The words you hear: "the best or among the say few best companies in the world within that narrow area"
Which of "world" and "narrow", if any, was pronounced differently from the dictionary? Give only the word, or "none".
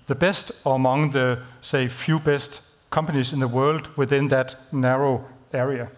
none